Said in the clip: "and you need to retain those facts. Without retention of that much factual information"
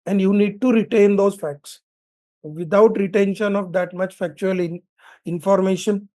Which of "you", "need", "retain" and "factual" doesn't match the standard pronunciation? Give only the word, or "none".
none